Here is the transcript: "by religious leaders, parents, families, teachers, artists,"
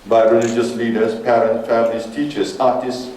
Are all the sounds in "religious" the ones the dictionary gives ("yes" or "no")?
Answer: yes